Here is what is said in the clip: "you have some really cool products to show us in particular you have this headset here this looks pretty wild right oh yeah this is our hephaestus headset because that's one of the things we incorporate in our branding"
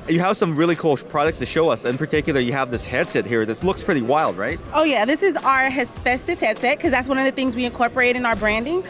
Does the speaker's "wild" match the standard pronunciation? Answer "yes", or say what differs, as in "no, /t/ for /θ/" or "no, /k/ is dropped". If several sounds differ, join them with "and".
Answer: yes